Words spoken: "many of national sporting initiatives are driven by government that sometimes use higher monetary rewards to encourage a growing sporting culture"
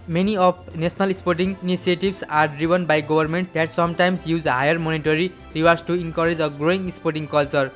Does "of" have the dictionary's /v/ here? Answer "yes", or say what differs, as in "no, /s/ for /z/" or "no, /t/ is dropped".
no, /p/ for /v/